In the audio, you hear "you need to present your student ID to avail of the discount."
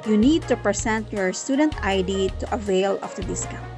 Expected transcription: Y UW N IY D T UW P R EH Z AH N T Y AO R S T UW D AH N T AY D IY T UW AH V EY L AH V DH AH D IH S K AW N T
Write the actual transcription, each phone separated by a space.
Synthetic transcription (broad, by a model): Y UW N IY D T UW P R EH S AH N T Y AO R S T UW D AH N T AY D IY T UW AH V EY L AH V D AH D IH S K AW